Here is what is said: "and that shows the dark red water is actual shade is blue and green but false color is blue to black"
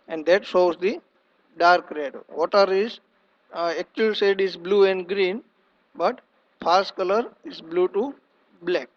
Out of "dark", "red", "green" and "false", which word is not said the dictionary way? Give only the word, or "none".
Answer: false